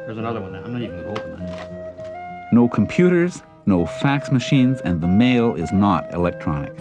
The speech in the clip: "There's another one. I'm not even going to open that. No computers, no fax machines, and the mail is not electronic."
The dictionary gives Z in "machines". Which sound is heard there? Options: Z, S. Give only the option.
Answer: Z